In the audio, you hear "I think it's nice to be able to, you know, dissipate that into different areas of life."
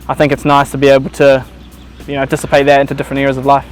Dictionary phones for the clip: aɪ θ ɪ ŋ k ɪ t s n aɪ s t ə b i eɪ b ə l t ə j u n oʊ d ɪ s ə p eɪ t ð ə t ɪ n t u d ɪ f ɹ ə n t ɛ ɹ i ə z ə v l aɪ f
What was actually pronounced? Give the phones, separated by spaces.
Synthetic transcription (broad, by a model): aɪ θ ɪ ŋ k ɪ t s n aɪ s t ə b i eɪ b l t ə j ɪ n oʊ d ɪ s ə p eɪ t ð ə t ɪ n t u d ɪ f ɹ ə n t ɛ ɹ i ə z ə v l aɪ f